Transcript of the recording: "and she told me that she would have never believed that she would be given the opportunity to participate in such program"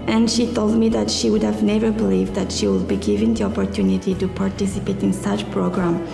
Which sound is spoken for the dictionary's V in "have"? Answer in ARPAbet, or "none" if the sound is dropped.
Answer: V